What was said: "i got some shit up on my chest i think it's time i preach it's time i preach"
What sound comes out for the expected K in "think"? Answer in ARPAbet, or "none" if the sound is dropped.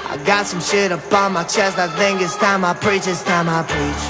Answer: none